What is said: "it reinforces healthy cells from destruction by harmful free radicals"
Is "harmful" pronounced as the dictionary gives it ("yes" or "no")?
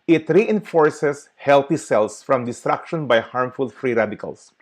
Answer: yes